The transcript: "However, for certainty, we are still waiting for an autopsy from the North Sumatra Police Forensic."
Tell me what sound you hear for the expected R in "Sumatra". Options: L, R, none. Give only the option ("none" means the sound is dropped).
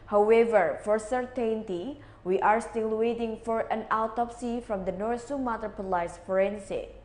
none